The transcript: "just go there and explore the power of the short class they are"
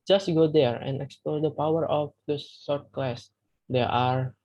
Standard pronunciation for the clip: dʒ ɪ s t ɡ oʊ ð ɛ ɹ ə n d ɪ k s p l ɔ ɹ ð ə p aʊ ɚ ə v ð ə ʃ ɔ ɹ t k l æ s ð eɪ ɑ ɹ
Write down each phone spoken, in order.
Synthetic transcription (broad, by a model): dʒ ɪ s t ɡ oʊ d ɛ ɹ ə n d ɪ k s p l ɔ ɹ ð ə p aʊ ɚ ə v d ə s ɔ ɹ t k l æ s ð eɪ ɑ ɹ